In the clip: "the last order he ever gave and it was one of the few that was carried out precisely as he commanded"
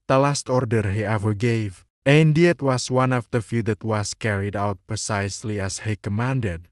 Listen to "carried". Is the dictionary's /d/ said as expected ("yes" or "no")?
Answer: yes